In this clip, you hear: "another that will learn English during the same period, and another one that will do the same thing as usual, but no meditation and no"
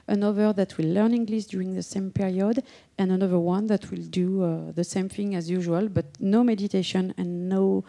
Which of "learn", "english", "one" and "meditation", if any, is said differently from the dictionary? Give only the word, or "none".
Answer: english